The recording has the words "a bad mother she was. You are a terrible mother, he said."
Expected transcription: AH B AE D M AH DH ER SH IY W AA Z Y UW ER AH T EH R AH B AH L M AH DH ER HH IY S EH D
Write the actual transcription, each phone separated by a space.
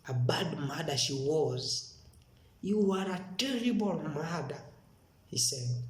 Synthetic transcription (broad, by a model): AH B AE D M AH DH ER SH IY W AA Z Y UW ER AH T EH R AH B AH L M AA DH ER HH IY S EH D